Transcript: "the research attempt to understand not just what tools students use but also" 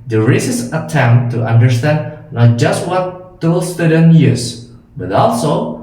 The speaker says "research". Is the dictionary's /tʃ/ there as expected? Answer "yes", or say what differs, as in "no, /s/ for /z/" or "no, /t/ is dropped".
no, /s/ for /tʃ/